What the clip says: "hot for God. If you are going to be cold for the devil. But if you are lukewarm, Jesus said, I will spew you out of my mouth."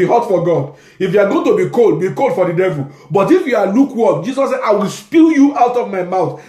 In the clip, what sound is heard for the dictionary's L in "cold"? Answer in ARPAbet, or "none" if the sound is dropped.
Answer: L